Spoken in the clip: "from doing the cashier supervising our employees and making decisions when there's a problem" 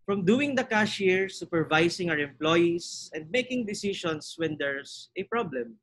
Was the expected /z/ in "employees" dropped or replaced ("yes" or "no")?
yes